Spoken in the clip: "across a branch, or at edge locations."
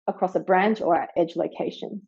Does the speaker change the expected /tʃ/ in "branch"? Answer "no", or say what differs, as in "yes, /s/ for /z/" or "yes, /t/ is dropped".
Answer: no